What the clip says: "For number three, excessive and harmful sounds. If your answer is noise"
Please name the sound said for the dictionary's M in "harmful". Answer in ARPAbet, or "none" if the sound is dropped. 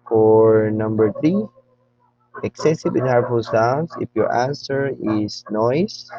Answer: none